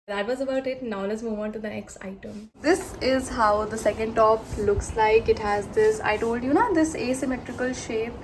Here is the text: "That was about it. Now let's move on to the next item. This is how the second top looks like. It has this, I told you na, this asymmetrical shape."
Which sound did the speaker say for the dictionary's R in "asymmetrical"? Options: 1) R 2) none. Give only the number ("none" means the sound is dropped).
1